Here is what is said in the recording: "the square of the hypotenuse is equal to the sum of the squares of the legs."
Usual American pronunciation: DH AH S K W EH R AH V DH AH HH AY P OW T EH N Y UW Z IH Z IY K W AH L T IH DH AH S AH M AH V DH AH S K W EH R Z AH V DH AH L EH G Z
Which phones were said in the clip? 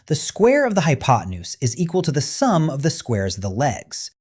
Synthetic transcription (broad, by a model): DH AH S K W EH R AH V DH AH HH AY P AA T N UW S IH Z IY K W AH L T IH DH AH S AH M AH V DH AH S K W EH R Z AH V DH AH L EH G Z